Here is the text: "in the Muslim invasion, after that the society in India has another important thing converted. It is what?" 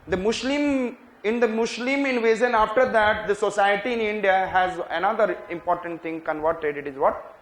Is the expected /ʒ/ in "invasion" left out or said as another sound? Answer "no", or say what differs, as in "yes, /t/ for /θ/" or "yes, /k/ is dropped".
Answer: yes, /z/ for /ʒ/